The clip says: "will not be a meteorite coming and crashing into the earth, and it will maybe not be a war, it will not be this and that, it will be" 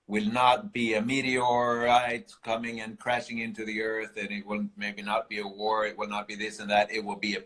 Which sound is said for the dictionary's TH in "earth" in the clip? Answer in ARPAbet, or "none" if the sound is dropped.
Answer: TH